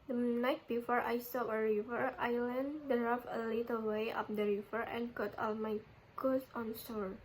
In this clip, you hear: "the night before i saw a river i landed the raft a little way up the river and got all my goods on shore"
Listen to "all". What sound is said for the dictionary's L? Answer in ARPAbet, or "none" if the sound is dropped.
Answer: L